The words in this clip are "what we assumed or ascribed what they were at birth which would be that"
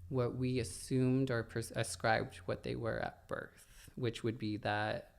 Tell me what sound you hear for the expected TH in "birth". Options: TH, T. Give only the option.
TH